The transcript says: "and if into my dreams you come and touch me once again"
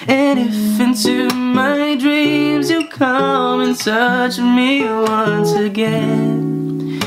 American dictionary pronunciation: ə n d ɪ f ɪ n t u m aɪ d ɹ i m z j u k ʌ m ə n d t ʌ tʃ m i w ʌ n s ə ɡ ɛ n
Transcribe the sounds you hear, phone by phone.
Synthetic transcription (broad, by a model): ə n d ɪ f ɪ n t u m aɪ d ɹ i m z j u k ʌ m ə n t ʌ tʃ m i w ʌ n s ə ɡ ɛ n